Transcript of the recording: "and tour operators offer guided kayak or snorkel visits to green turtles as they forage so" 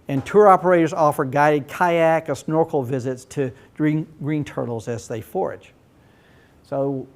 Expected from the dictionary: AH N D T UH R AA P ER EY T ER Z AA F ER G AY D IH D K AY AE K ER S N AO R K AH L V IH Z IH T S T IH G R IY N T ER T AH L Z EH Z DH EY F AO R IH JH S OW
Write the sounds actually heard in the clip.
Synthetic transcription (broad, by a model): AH N T UH R AA P ER EY T ER Z AA F ER G AY D IH D K AY AE K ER S N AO R K L V IH Z IH T S T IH G R IY N T ER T L Z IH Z DH EY F AO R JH S OW